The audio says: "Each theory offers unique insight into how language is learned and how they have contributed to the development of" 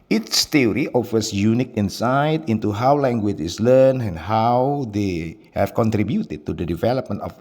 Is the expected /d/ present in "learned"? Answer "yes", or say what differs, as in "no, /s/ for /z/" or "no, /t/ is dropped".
no, /d/ is dropped